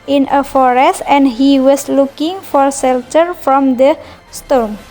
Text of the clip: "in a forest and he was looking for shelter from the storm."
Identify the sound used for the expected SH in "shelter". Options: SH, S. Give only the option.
S